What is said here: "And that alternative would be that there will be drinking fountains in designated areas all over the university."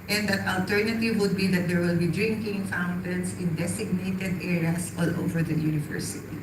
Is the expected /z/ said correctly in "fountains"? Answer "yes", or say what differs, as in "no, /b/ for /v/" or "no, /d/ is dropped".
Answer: no, /s/ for /z/